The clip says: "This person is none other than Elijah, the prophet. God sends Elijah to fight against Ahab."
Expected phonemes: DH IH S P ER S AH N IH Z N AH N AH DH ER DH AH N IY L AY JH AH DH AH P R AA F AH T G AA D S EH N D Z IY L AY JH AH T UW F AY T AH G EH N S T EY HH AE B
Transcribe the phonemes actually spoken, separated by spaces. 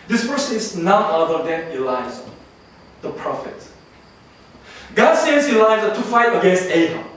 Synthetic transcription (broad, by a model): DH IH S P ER S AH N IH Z N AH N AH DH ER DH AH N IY L AY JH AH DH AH P R AA F AH T G AA D S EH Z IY L AY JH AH T UW F AY T AH G EH N S T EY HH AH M